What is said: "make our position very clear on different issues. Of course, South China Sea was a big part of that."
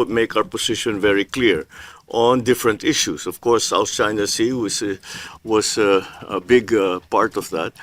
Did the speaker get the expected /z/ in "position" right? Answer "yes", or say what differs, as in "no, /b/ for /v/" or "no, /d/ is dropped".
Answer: no, /s/ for /z/